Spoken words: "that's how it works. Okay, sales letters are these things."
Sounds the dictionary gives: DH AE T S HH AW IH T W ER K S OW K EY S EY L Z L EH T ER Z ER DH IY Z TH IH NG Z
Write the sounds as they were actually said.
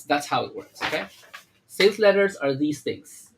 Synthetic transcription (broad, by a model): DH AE T S HH AW IH T W ER K S OW K EY S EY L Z L EH T ER Z ER DH IY Z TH IH NG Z